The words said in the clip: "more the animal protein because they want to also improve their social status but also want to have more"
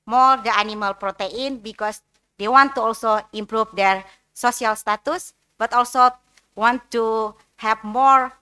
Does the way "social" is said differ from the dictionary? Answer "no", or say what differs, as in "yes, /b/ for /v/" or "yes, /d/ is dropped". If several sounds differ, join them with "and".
yes, /s/ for /ʃ/